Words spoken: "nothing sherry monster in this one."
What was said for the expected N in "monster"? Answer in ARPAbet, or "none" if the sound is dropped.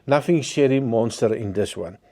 N